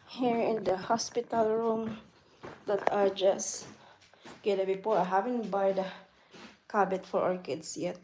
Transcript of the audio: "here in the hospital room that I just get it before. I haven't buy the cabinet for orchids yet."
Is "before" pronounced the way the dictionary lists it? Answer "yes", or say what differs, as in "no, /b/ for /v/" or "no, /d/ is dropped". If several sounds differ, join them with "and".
no, /p/ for /f/